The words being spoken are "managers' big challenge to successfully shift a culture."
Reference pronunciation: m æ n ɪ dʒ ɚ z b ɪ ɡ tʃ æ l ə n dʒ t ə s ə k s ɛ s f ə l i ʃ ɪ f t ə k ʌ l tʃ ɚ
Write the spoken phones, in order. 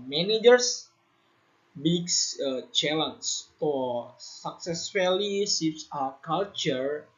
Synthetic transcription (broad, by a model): m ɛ n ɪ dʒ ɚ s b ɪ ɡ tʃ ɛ l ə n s t ə s ə k s ɛ s f ə l i s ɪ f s ə k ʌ l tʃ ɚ